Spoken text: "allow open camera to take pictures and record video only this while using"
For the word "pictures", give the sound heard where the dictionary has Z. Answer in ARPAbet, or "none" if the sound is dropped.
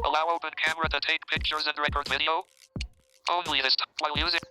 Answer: Z